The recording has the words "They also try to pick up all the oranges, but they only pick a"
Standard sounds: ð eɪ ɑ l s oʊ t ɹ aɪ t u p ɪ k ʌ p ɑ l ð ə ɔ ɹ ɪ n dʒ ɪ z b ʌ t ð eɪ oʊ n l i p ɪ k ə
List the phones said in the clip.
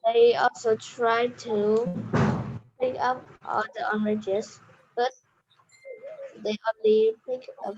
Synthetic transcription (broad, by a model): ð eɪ ɑ l s oʊ t ɹ aɪ t u p ɪ k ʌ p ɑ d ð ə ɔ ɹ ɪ dʒ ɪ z b ʌ t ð eɪ oʊ n l i p ɪ k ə